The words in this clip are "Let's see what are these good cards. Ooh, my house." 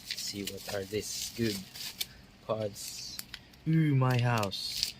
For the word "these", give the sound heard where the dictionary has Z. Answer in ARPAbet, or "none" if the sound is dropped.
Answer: S